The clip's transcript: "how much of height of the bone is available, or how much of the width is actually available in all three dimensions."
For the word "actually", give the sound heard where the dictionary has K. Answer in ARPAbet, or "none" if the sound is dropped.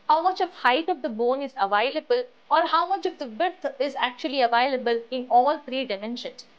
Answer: K